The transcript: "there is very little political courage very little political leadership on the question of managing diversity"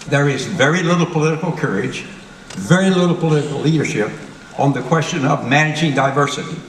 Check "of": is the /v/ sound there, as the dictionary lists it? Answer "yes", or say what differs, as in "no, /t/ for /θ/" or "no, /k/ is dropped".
yes